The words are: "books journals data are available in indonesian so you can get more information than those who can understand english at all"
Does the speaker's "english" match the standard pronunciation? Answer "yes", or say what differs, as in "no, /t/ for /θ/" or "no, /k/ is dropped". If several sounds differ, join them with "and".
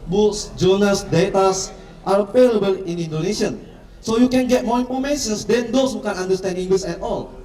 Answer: no, /s/ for /ʃ/